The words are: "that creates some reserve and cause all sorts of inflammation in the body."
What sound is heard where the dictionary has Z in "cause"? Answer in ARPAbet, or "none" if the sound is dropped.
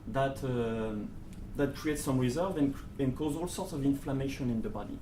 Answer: Z